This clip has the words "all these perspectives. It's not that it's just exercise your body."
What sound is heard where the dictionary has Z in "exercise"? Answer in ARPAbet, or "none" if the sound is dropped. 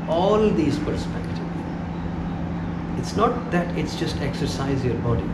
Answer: Z